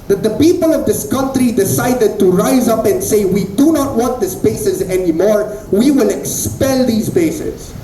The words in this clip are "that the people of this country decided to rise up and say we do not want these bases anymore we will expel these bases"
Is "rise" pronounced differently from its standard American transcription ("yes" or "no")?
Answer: no